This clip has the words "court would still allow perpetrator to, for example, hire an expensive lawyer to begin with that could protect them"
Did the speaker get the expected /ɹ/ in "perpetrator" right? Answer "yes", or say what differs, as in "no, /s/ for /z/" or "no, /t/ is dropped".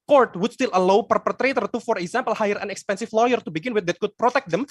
yes